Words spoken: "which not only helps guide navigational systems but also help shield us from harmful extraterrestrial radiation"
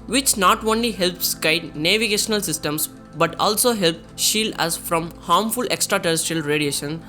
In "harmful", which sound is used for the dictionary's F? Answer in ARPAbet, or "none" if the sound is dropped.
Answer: F